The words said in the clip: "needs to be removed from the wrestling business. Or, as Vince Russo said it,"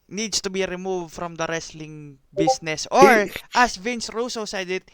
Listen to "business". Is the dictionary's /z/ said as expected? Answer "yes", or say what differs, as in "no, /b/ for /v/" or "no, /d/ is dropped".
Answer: no, /s/ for /z/